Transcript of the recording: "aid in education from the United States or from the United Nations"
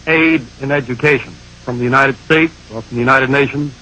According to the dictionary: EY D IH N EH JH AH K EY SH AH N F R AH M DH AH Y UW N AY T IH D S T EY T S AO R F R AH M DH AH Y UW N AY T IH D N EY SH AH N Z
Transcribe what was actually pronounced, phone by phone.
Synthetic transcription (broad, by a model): EY D IH N EH JH AH K EY SH AH N F R AH M DH AH Y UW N AY T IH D S T EY T S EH L F R AH M DH AH Y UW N AY T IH D N EY SH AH N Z